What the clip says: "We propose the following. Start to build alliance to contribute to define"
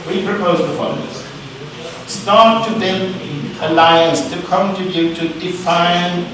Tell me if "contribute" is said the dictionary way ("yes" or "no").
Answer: no